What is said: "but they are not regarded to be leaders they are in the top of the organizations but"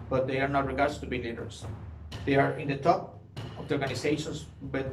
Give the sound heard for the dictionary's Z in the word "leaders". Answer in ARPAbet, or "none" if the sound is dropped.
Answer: S